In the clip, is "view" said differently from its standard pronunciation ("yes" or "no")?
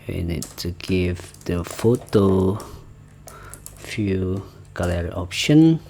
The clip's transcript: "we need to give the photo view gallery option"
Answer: yes